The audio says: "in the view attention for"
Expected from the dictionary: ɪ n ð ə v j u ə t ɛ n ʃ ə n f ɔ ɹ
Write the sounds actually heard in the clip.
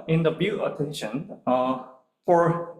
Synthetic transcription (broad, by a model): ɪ n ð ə b j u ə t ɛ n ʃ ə n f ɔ ɹ